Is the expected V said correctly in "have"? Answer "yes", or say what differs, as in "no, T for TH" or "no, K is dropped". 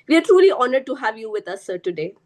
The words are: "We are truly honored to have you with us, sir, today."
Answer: yes